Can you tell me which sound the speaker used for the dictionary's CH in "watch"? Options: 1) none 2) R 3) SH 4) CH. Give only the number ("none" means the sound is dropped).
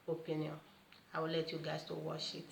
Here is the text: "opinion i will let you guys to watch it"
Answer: 3